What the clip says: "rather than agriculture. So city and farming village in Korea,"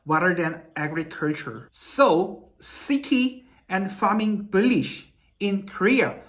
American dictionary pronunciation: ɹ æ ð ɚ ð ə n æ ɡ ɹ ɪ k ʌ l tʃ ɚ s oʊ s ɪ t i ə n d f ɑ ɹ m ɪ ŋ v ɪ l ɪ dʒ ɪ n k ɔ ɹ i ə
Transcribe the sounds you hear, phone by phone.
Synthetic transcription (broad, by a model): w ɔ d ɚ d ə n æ ɡ ɹ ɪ k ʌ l tʃ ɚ s oʊ s ɪ t i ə n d f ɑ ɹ m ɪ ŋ b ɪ l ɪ ʃ ɪ n k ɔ ɹ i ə